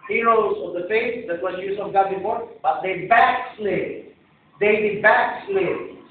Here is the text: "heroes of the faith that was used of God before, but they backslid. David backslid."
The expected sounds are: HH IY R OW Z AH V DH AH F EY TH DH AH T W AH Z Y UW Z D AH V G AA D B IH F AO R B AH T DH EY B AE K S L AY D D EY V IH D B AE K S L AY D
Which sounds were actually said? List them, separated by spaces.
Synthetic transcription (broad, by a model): HH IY R OW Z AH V DH AH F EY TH DH AH T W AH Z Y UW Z AH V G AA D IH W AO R B AH T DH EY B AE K S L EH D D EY B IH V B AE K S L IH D